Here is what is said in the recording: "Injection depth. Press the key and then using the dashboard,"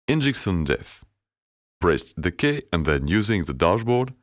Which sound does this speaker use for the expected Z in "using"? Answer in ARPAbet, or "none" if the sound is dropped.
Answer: Z